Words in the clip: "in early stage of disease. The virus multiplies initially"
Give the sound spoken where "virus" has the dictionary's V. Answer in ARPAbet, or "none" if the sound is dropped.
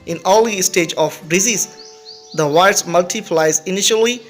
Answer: W